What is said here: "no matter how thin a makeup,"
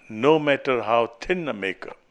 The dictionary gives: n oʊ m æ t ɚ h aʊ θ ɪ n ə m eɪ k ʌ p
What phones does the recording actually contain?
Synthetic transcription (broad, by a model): n oʊ m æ t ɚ h aʊ t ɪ n ə m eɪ k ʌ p